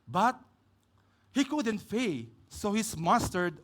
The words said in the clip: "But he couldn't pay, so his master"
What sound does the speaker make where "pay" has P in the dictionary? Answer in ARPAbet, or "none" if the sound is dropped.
F